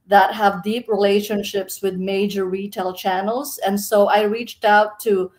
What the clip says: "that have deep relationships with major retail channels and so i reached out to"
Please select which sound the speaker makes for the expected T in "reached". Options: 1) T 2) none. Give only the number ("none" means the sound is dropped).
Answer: 1